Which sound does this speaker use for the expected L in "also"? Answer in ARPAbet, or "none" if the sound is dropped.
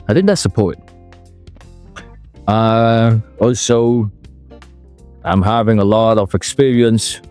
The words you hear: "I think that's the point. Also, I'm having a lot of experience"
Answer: L